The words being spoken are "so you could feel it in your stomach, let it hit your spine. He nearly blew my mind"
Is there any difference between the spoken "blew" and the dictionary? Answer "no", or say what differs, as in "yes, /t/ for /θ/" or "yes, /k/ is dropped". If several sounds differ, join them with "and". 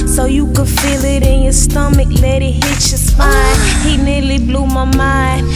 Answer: no